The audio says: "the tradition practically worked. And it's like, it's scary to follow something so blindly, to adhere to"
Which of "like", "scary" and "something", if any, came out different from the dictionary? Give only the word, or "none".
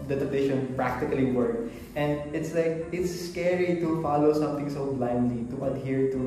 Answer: something